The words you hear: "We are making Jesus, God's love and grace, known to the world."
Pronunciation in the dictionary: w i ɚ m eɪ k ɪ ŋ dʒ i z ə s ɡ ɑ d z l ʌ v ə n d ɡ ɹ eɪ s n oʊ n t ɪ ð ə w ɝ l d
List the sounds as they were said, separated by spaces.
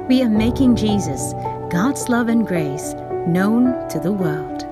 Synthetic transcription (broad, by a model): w i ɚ m eɪ k ɪ ŋ dʒ i z ə s ɡ ɑ d z l ʌ v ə n ɡ ɹ eɪ s n oʊ n t ɪ ð ə w ɝ l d